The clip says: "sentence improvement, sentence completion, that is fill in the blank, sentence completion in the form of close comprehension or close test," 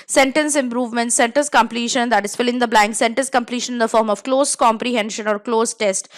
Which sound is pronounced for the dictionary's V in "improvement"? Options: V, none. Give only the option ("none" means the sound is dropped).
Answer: V